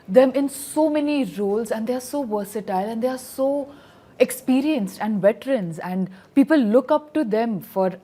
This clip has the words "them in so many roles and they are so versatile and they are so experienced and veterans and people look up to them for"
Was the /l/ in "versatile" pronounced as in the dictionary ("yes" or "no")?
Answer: yes